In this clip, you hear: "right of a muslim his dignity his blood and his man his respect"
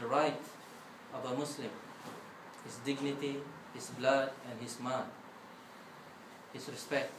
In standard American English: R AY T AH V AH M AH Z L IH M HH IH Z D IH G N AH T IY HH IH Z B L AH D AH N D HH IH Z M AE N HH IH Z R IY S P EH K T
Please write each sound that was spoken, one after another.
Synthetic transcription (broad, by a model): R AY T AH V AH M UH S L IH M HH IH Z D IH G N AH T IY HH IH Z B L AH D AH N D HH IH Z M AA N HH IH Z R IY S P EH K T